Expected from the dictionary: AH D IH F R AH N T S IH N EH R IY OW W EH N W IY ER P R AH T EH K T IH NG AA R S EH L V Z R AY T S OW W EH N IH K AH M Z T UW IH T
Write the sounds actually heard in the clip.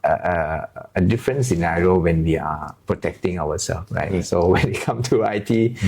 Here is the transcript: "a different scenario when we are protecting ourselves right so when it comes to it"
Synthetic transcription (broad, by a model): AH D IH F R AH N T S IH N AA R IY OW W EH N W IY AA P R AH T EH K T IH NG AA W S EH L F R AY T S OW W EH N IH K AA M T UW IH T